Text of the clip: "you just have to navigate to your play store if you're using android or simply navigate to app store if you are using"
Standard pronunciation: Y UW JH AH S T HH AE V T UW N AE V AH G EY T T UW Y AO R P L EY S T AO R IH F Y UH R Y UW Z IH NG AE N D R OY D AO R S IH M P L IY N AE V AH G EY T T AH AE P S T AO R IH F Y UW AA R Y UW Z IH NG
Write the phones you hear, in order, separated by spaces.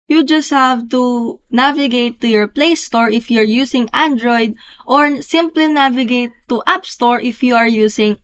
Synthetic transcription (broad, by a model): Y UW JH AH S T HH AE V T UW N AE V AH G EY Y T UW Y AO R P L EY S T AO R IH F Y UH R Y UW S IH NG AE N D R OY D AO R S IH M P L IY N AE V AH G EY T T AH P S T AO R IH F Y UW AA R Y UW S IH NG